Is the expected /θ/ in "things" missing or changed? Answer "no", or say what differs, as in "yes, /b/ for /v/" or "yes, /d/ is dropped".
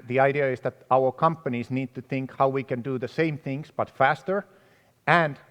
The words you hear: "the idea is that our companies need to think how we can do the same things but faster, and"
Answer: no